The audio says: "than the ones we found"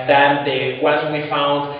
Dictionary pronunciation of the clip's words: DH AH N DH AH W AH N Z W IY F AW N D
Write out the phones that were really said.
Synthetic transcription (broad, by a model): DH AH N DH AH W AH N W IY F AW N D